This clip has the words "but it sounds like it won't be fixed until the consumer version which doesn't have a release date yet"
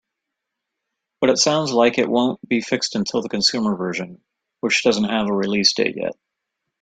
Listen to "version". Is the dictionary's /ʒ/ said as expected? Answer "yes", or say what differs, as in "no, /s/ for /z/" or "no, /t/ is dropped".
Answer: yes